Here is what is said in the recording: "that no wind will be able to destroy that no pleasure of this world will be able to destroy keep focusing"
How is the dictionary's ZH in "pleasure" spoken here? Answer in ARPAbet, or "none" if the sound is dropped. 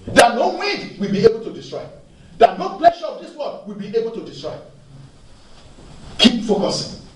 SH